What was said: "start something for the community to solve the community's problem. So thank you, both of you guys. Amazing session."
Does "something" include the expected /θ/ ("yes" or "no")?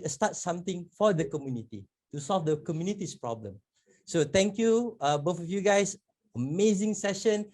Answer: no